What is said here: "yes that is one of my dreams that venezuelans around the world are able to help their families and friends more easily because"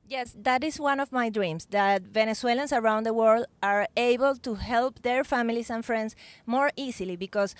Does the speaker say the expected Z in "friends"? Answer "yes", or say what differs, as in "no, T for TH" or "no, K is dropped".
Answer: no, S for Z